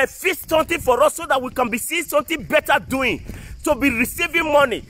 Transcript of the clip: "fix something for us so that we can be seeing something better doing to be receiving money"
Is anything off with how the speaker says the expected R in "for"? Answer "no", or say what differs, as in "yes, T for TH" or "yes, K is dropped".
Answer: no